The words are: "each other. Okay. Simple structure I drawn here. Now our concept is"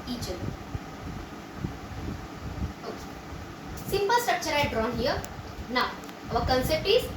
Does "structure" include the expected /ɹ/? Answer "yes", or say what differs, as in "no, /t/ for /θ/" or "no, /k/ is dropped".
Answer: yes